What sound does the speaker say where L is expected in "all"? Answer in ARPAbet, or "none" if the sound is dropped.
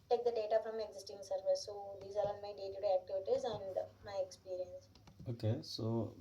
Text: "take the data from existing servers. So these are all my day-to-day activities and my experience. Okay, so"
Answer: N